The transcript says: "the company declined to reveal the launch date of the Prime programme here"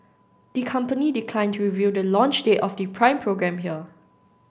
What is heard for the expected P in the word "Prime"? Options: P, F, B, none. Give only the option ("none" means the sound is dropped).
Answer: P